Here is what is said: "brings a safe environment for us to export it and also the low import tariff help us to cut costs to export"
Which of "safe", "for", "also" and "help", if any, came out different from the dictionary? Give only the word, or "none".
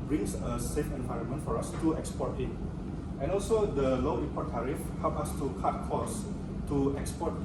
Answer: none